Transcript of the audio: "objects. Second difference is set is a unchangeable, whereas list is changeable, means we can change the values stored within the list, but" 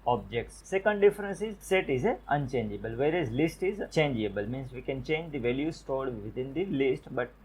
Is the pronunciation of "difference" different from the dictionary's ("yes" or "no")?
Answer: no